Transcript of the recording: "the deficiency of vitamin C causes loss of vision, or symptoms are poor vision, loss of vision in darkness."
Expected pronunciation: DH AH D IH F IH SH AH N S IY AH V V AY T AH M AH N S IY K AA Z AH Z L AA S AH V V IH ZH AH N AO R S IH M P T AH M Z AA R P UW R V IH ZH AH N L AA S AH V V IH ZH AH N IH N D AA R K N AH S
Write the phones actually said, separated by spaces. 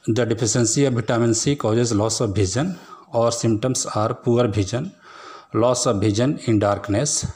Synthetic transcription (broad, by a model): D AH D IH P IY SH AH N S IY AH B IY T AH M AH N S IY K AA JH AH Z L AA S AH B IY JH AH N AO R S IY M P T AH M S AA R P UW R B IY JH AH N L AA S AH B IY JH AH N IH N D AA R K N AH S